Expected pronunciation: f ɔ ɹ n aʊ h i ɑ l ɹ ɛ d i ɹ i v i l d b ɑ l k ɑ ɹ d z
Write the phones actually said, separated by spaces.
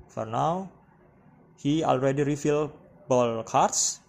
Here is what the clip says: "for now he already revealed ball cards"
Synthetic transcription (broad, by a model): f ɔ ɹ n aʊ h i ɑ l ɹ ɛ d i ɹ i f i l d b ɑ l k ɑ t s